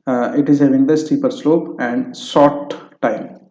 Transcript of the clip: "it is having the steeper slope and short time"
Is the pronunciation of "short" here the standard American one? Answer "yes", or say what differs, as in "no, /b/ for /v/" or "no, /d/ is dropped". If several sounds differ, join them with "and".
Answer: no, /s/ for /ʃ/